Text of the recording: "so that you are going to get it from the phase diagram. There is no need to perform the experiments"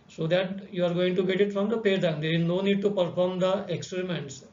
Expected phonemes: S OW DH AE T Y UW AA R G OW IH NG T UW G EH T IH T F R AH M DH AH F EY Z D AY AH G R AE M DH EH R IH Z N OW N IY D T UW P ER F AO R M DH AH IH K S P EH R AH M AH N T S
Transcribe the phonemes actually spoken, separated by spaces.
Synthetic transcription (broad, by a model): S OW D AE T Y UW AA R G OW IH NG T UW G EH T IH T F R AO M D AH P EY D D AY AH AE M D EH R IH Z N OW N IY D T UW P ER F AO R M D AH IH K S P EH R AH M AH N T S